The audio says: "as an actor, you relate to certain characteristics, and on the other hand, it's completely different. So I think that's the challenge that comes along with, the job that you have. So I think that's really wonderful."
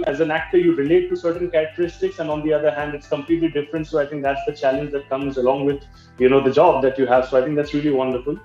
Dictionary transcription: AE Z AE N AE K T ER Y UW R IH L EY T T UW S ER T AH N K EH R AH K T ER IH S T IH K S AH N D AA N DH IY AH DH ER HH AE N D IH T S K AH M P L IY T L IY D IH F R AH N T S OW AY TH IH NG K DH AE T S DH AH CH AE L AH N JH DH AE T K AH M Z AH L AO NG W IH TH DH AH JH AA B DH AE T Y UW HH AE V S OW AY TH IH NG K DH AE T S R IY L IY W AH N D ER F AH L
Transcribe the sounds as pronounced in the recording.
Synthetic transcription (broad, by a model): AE Z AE N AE K T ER Y UW R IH L EY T T UW S ER T AH N K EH R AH K T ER IH S T IH K S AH N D AA N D IY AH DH ER HH AE N D IH T S K AH M P L IY T L IY D IH F R AH N T S OW AY T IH NG K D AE T S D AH CH AE L AH N JH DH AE T K AH M Z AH L AO NG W IH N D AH JH AA B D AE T Y UW HH AE V S OW AY T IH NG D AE T S R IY L IY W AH N D ER F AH L